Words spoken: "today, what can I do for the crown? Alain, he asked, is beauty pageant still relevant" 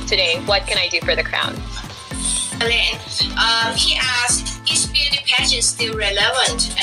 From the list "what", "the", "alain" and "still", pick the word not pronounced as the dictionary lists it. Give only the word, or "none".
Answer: alain